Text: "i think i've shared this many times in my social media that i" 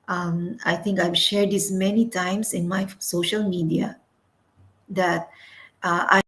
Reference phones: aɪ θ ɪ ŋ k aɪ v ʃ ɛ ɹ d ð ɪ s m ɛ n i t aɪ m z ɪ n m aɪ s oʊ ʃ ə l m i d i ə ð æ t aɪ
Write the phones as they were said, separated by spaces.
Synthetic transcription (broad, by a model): aɪ t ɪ ŋ k aɪ v ʃ ɛ ɹ d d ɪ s m ɛ n i t aɪ m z ɪ n m aɪ s oʊ ʃ ə l m i d i ə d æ t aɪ